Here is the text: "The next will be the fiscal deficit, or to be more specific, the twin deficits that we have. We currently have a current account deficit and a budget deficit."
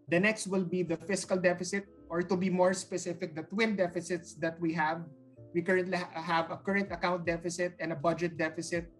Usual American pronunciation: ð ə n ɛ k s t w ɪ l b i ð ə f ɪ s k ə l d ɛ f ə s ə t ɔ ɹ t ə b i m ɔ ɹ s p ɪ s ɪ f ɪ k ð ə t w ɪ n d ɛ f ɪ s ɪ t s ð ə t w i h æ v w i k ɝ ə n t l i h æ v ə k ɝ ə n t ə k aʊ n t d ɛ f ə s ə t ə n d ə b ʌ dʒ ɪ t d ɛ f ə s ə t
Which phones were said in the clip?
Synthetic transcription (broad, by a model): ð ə n ɛ k s t w ɪ l b i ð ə f ɪ s k ə l d ɛ f ə s ə t ɔ ɹ t ə b i m ɔ ɹ s p ɪ s ɪ f ɪ k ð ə t w ɪ n d ɛ f ɪ s ɪ t s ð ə t w i h æ v w i k ɝ ə n t l i h æ v ə k ɝ ə n t ə k aʊ n t d ɛ f ə s ə t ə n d ə b ʌ dʒ ɪ t d ɛ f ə s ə t